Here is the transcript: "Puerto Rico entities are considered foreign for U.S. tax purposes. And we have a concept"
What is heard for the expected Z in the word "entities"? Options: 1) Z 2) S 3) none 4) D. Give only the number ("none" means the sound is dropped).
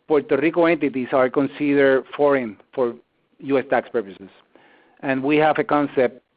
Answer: 2